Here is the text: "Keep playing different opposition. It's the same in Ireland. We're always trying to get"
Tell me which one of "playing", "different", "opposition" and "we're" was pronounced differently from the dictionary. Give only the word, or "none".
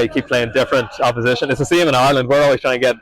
none